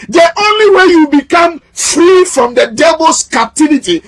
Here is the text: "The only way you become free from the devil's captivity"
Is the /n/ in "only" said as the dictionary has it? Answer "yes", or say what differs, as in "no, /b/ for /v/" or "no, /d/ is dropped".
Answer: yes